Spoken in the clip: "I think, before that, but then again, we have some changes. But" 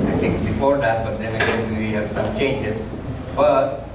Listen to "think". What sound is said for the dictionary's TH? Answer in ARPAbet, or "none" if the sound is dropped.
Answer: T